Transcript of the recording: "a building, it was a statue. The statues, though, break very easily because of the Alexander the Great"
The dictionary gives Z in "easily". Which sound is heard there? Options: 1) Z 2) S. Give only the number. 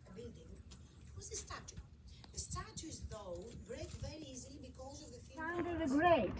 1